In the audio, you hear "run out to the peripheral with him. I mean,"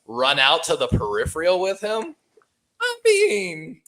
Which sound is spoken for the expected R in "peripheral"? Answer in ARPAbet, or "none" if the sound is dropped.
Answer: R